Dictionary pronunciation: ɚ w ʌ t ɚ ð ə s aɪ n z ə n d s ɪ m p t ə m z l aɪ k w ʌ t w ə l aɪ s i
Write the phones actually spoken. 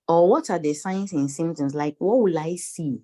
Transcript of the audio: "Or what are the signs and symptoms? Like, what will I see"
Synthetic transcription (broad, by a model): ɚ w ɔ t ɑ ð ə s aɪ n s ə n s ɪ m t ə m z l aɪ k w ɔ t w ə l aɪ s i